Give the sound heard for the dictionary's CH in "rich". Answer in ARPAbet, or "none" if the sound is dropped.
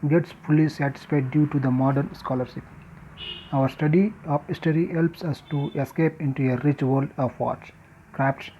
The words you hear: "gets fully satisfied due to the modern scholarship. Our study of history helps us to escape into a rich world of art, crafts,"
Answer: CH